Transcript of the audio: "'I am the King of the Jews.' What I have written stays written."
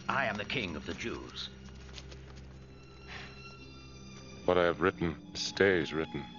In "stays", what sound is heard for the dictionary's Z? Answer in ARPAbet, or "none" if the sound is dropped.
Z